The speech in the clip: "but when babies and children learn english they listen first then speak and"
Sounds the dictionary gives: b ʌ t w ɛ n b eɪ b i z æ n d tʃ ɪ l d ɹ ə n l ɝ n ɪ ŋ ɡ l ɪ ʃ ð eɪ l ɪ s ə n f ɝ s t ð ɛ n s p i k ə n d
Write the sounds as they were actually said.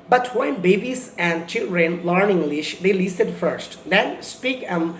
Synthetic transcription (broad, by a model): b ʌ t w ɛ n b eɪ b i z æ n d tʃ ɪ l d ɹ ə n l ɝ n ɪ ŋ ɡ l ɪ ʃ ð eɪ l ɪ s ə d f ɝ s t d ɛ n s p i k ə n